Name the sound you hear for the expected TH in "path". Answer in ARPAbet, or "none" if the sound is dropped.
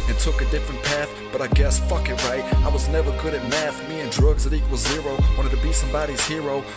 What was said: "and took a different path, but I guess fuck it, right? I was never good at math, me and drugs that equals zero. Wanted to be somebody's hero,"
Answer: TH